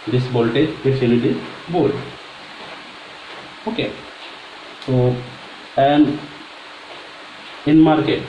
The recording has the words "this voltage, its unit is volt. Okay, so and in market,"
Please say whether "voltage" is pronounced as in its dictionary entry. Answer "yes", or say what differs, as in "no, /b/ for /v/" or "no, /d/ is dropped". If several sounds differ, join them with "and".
no, /b/ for /v/